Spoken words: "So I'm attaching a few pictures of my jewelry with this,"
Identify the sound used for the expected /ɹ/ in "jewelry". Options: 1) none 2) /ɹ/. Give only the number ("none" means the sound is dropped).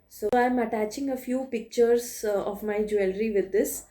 2